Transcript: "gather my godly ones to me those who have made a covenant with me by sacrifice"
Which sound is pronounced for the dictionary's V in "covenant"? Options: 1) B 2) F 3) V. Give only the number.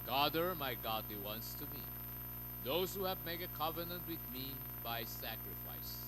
3